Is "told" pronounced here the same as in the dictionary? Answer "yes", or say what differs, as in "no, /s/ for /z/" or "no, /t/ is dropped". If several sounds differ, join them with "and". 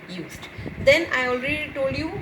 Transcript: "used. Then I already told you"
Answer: yes